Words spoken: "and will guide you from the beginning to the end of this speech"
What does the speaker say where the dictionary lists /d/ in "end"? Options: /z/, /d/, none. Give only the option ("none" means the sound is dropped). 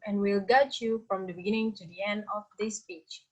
/d/